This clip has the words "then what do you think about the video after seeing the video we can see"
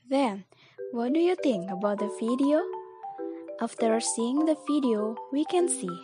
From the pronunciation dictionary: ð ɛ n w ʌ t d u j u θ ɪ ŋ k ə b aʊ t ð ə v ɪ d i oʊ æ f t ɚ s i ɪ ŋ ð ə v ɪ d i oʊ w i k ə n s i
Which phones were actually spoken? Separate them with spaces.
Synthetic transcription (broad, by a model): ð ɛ n w ʌ t d u j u θ ɪ ŋ k ə b aʊ t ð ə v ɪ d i oʊ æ f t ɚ s i ɪ ŋ ð ə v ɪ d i oʊ w i k ə n s i